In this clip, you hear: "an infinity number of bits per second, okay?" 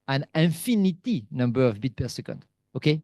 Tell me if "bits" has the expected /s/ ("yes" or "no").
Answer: no